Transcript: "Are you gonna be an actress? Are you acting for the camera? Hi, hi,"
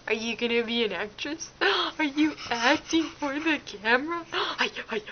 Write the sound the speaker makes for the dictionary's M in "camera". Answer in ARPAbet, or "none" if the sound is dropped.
M